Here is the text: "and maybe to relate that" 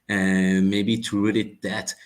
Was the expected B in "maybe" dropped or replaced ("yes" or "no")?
no